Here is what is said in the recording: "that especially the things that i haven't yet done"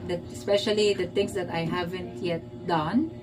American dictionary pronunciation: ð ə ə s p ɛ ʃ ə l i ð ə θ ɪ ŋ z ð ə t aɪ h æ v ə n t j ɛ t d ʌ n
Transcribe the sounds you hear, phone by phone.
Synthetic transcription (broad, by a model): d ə ə s p ɛ ʃ ə l i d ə t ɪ ŋ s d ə t aɪ h æ v ə n t j ɛ t d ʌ n